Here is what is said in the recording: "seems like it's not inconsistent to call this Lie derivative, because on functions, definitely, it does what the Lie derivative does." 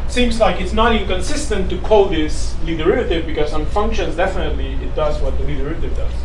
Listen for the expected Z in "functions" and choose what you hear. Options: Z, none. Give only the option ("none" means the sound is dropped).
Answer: Z